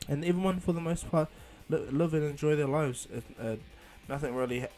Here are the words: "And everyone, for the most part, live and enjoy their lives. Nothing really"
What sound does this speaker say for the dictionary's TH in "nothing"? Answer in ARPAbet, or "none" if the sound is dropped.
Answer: TH